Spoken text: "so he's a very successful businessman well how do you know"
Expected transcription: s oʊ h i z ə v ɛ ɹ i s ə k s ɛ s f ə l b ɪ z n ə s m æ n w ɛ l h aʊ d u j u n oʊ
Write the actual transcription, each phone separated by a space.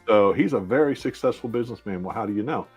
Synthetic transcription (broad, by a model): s oʊ h i z ə v ɛ ɹ i s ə k s ɛ s f l b ɪ z n ə s m æ n w ɛ l h aʊ d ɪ j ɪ n oʊ